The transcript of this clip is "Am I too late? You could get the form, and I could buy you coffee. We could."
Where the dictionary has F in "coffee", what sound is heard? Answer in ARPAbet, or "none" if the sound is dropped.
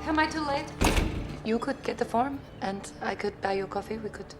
F